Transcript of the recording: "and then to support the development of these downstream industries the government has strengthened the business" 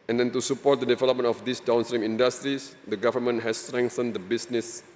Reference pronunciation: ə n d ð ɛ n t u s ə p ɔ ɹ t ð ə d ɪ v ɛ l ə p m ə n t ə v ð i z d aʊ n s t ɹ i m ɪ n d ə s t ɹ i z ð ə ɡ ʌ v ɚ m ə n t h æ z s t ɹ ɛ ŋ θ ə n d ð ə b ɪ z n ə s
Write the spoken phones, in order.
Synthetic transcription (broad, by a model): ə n d ɛ n t u s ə p ɔ t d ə d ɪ v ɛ l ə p m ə n ə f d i s d aʊ n s t ɹ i m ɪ n d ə s t ɹ i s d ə ɡ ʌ v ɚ m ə n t h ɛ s t ɹ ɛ ŋ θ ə n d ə b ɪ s n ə s